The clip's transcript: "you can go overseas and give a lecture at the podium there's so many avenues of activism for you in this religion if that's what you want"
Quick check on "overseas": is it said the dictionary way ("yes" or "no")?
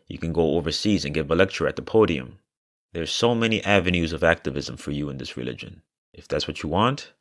yes